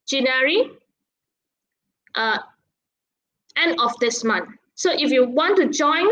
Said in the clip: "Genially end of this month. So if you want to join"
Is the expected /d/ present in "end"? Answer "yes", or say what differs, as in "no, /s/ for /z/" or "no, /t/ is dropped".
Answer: no, /d/ is dropped